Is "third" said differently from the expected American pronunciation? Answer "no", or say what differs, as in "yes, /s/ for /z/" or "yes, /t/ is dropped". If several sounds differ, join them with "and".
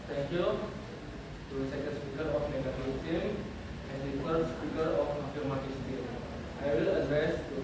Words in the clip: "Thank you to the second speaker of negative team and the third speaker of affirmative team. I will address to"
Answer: yes, /f/ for /θ/